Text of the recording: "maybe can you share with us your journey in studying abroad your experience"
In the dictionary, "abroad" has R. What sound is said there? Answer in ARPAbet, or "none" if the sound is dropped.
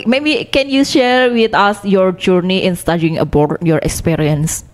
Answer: none